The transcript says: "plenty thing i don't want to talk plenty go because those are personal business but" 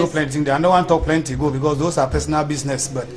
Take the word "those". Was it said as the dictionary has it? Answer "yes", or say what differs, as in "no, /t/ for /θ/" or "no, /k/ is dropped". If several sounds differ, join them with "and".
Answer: no, /s/ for /z/